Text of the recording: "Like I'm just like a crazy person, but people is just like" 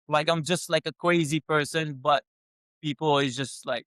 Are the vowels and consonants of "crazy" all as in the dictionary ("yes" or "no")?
no